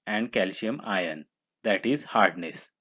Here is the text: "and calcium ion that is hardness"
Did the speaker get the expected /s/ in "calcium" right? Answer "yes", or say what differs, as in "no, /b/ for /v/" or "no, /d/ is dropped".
no, /ʃ/ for /s/